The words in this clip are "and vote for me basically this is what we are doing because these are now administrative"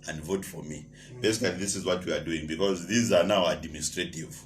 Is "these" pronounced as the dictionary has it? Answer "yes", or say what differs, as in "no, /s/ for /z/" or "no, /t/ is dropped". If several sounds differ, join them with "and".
yes